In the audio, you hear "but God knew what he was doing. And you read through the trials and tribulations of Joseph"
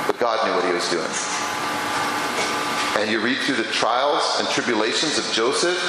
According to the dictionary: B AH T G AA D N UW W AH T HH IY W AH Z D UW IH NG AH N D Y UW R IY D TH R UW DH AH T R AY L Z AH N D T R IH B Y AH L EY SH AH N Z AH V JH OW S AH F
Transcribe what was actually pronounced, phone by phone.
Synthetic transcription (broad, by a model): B AH T G AA D N UW W AH T HH IY W AH Z D UW IH NG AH N Y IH R IY D TH R UW DH AH T R AY L Z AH N T R IH B Y AH L EY SH AH N Z AH V JH OW S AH F